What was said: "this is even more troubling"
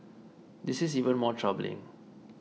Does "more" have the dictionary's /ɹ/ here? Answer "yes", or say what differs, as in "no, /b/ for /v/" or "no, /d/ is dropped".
yes